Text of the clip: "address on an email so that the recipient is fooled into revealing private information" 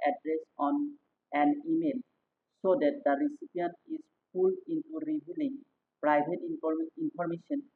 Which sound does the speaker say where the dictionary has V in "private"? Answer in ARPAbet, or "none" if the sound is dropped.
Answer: B